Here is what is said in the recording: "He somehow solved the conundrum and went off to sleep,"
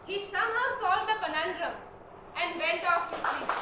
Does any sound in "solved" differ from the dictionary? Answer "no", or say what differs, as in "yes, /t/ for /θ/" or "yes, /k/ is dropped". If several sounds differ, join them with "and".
yes, /v/ is dropped